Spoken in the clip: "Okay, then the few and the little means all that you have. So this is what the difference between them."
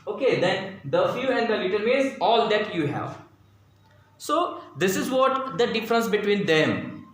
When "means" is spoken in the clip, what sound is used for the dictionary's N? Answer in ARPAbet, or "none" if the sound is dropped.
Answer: none